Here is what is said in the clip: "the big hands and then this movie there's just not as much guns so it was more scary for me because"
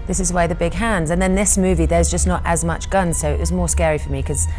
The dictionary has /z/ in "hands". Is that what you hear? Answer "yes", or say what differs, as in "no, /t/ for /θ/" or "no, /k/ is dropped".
yes